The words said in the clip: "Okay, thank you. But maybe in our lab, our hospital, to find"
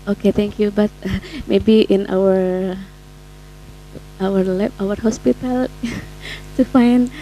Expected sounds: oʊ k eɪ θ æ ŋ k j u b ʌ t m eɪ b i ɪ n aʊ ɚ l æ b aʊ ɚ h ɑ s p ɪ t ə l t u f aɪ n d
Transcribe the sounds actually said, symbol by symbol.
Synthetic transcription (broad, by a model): oʊ k eɪ t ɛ ŋ k j u b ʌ t m eɪ b i ɪ n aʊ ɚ w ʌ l aʊ ɚ h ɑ s p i t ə l t u f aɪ n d